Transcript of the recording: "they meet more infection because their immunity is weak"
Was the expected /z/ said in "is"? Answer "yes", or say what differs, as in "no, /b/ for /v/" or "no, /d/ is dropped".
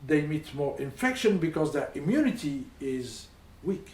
yes